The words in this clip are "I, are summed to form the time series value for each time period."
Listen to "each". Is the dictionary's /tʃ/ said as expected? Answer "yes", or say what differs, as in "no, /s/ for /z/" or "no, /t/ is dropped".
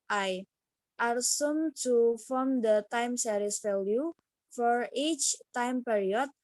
yes